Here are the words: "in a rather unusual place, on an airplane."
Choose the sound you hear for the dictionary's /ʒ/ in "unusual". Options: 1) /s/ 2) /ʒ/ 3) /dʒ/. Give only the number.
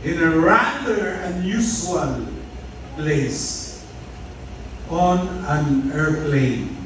1